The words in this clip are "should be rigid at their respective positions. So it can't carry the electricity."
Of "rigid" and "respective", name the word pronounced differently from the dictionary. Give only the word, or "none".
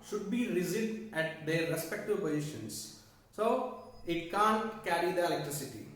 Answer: rigid